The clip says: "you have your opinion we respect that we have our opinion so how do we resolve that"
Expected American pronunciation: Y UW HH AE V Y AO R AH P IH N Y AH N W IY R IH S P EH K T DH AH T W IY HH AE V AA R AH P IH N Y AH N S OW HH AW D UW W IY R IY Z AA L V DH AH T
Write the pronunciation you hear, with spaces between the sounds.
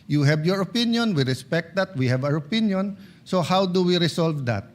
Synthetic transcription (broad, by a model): Y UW HH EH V Y AO R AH P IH N Y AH N W IY R IH S P EH K T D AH T W IY HH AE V AA R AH P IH N Y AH N S OW HH AW D UW W IY R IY S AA L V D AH T